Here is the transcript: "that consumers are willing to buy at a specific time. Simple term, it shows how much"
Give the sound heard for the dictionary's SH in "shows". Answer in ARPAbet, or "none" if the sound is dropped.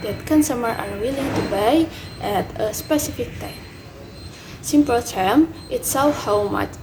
S